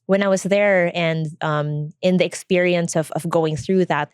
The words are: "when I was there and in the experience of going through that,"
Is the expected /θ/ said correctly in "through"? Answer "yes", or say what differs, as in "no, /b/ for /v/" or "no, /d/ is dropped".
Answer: yes